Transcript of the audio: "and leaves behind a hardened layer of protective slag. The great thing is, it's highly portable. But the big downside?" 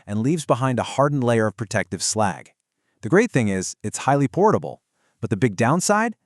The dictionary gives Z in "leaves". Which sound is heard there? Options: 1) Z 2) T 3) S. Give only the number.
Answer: 1